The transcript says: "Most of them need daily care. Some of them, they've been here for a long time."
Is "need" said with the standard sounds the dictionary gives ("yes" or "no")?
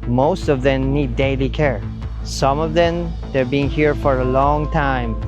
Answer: yes